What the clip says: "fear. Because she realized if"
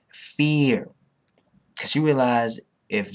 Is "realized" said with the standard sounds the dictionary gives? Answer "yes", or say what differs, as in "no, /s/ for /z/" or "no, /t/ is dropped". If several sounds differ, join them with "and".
no, /d/ is dropped